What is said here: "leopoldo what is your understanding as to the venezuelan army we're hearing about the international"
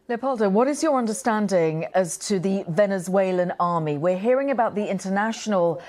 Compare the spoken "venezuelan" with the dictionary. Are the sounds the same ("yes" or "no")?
yes